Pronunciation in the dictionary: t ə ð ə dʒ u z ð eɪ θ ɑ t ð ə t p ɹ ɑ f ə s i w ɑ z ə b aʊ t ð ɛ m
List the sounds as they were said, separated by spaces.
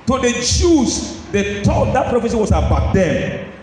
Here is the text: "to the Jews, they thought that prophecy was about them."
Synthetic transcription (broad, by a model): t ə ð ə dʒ u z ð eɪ t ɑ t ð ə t p ɹ ɑ f ə s i w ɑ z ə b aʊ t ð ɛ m